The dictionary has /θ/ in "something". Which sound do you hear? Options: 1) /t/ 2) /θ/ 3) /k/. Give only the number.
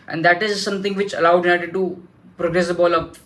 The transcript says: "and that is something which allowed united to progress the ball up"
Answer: 1